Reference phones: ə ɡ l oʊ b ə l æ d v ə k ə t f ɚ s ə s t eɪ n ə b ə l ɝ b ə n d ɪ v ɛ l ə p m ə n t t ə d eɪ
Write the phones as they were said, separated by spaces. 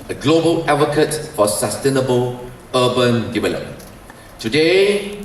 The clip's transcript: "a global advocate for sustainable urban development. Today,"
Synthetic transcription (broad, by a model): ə ɡ l oʊ b ə l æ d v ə k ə t f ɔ s ə s t eɪ n ə b ə l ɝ b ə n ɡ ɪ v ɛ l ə m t t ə d eɪ